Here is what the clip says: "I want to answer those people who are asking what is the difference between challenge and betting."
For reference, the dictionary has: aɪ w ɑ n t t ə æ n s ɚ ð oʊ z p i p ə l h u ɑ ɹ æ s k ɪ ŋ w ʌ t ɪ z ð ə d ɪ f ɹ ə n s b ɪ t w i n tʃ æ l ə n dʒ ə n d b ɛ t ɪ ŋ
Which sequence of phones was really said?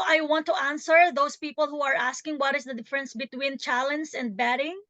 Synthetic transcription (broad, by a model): aɪ w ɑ n t t ə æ n s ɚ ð oʊ s p i p ə l h u ɑ ɹ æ s k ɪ ŋ w ʌ t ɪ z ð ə d ɪ f ɹ ə n s b ɪ t w i n tʃ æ l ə n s ə n d b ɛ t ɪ ŋ